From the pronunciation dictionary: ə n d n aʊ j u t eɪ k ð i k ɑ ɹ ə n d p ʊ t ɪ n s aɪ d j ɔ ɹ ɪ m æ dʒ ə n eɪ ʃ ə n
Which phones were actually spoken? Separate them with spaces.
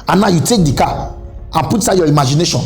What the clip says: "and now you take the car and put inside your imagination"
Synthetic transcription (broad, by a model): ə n n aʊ j u t eɪ k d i k ɑ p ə n p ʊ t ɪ s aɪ j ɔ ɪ m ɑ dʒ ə n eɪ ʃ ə n